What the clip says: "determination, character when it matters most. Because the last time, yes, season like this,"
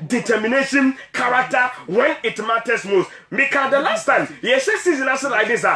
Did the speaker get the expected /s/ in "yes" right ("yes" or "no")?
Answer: no